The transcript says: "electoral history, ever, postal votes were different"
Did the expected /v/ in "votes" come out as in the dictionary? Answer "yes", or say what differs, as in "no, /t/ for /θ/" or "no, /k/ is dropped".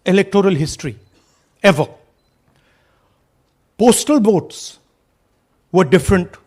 no, /b/ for /v/